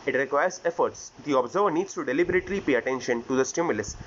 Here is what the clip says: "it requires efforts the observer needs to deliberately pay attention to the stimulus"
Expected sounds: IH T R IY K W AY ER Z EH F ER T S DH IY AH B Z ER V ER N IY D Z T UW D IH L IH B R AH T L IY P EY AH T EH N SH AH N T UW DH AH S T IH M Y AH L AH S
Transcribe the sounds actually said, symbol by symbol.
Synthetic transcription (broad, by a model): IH T R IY K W AY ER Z EH F ER T S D IY AH B Z ER V ER N IY D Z T UW D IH L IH B R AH T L IY P EY AH T EH N SH AH N T UW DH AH S T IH M Y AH L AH S